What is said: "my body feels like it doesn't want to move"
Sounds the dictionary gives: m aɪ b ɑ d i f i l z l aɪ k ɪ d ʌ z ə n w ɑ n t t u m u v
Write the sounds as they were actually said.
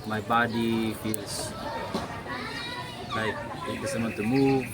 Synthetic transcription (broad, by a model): m aɪ b ɑ d i f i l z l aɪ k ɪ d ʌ s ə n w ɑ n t t u m u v